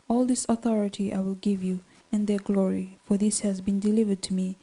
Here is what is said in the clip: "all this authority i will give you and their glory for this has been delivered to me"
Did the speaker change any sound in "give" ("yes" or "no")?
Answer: no